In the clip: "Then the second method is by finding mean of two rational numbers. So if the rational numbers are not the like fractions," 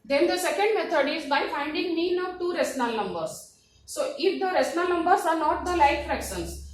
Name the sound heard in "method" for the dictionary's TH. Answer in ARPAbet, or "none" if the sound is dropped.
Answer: T